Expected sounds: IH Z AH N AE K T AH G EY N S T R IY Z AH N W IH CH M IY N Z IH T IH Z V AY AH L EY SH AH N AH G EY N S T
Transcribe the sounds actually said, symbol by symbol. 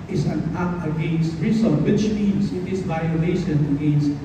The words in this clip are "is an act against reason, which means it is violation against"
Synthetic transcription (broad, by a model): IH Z AH N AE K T AH G EY N S T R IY S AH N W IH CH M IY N S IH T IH S V AY AH L EY SH AH N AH G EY N S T